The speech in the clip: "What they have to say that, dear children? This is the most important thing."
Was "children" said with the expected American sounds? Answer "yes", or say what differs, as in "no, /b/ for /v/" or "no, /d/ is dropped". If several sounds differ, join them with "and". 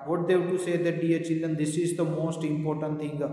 no, /ɹ/ is dropped